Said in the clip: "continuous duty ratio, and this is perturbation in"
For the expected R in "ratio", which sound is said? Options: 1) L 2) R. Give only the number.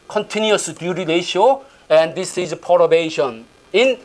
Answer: 1